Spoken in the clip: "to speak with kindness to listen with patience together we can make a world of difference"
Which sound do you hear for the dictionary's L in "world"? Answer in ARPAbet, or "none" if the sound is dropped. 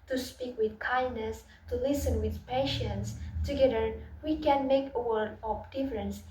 none